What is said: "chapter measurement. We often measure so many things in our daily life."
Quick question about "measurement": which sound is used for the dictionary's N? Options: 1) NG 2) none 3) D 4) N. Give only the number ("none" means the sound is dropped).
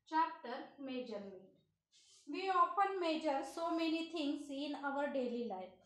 2